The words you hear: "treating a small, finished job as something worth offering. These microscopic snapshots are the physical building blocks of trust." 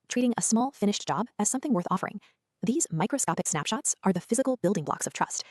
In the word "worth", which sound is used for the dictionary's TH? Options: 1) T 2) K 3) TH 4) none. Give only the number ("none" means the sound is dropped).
3